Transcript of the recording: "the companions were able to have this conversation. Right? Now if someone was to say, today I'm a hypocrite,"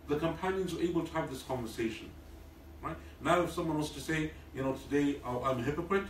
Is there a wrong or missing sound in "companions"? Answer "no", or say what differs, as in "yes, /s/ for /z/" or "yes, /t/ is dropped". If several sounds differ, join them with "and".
no